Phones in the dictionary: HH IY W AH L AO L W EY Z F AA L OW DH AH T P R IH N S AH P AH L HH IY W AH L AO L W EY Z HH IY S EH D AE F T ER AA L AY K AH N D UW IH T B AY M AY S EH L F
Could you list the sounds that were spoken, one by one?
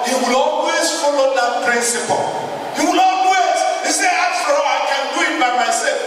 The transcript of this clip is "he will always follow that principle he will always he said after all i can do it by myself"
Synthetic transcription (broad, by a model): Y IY W AH L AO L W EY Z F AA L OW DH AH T P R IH N S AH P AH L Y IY W AH L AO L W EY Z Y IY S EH AA T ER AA AY K AH N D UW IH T B AY M AY S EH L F